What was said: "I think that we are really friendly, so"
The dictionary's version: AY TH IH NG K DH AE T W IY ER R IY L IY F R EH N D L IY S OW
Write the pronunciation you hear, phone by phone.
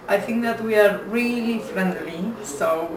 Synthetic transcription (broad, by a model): AY TH IH NG K DH AE T W IY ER R IY L IY F R EH N D L IY S OW